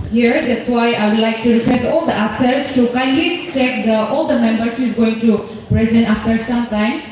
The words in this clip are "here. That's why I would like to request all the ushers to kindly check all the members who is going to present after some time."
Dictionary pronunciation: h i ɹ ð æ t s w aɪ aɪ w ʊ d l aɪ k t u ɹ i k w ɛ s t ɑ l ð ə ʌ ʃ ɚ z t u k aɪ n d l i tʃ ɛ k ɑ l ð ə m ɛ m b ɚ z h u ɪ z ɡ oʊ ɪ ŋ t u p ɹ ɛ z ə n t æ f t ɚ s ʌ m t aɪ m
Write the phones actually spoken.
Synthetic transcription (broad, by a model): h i ɹ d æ t s w aɪ aɪ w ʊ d l aɪ k t u ɹ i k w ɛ s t ɑ l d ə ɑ s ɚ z t u k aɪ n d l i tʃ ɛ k ɑ l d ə m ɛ m b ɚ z h u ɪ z ɡ oʊ ɪ ŋ t u p ɹ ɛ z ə n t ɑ f t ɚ s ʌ m t aɪ m